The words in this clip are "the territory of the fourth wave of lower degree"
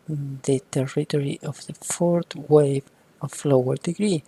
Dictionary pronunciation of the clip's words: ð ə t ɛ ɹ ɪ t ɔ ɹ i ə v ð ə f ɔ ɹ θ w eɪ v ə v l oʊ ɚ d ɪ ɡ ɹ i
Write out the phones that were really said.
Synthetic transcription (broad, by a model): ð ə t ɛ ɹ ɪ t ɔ ɹ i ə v ð ə f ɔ ɹ t w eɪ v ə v l oʊ ɚ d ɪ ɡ ɹ i